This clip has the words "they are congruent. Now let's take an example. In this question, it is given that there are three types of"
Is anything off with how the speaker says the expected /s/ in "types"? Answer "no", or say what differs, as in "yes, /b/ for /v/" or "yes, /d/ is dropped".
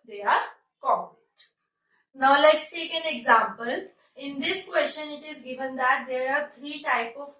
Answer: yes, /s/ is dropped